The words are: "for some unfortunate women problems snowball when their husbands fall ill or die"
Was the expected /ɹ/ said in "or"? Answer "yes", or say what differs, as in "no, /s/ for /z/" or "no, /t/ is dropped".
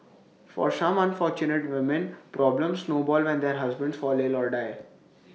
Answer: yes